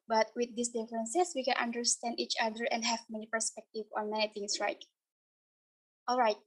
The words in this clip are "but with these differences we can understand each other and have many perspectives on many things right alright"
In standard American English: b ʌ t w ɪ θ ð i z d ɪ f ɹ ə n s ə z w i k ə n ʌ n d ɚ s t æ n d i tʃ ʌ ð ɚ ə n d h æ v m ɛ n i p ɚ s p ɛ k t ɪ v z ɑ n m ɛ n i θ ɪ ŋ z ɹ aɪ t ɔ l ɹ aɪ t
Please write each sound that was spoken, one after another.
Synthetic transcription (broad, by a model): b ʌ t w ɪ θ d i s d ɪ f ɹ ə n s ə s w i k ə n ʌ n d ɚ s t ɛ n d i tʃ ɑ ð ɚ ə n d h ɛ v m ɛ n i p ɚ s p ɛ k t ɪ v ɑ n m ɛ n i t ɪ ŋ s ɹ aɪ t ɔ l ɹ aɪ t